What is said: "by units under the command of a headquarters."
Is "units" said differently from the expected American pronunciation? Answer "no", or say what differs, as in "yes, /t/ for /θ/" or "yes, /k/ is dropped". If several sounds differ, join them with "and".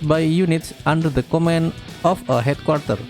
no